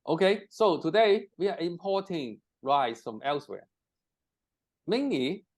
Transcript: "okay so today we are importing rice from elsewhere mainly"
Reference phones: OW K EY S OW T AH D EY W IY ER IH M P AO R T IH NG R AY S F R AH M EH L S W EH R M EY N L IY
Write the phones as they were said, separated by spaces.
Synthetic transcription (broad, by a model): OW K EY S OW T AH D EY W IY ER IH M P AO T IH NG R AY S F R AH M EH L S W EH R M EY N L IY